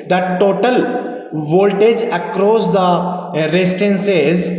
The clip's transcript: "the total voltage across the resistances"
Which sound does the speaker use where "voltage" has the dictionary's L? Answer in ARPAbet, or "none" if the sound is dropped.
L